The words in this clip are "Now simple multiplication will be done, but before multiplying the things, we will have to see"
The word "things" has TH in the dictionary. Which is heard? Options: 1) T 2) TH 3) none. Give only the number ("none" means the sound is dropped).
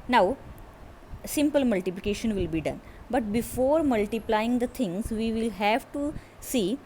1